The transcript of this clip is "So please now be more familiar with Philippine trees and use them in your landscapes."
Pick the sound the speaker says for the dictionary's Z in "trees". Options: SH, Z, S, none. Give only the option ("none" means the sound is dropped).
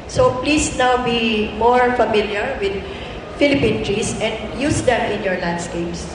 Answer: S